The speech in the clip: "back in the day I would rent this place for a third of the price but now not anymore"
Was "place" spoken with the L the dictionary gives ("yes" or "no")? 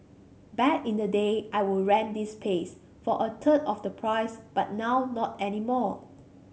no